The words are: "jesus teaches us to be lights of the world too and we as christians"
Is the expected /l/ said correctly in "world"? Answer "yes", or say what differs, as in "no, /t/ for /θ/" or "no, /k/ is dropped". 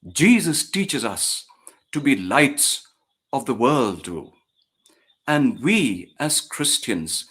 yes